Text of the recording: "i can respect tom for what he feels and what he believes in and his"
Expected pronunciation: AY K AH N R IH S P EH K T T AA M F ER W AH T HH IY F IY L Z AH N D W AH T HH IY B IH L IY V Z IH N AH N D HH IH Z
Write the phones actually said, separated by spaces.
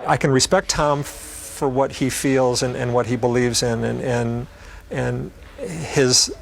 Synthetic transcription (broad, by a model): AY K AH N R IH S P EH K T T AA M F ER W AH T HH IY F IY L Z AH N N W AH T HH IY B IH L IY V Z IH N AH N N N IH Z